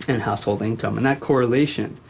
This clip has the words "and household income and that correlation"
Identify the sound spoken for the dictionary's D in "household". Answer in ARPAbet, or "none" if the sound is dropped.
D